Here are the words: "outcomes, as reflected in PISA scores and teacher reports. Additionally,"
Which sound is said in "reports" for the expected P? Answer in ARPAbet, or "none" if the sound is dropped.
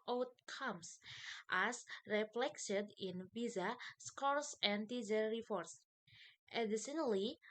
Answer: F